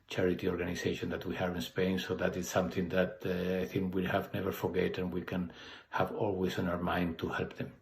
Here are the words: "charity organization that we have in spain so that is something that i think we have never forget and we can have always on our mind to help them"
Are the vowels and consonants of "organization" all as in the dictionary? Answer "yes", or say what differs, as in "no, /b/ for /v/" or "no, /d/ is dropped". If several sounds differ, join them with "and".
no, /s/ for /z/